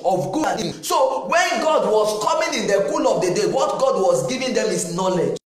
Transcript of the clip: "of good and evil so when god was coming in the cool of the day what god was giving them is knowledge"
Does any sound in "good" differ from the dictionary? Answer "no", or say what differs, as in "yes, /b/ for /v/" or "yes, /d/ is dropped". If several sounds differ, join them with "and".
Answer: yes, /d/ is dropped